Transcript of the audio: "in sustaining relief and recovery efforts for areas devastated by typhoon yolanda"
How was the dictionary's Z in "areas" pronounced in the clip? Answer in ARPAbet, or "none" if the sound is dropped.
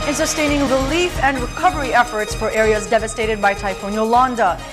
Z